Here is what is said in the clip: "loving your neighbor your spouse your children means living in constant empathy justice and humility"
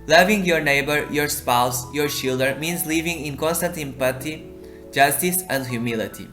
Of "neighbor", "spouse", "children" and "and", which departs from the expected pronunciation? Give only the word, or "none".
children